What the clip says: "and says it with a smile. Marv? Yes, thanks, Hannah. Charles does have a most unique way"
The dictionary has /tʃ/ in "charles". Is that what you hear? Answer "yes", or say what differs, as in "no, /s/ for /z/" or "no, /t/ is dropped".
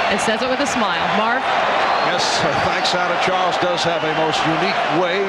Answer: yes